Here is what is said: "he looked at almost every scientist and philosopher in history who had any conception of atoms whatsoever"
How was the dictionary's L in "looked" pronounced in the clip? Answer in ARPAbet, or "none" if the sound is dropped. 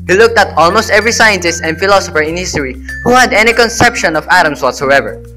L